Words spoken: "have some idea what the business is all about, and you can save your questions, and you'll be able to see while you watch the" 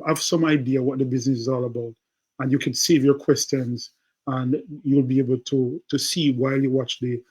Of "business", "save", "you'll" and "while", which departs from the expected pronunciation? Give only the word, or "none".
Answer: none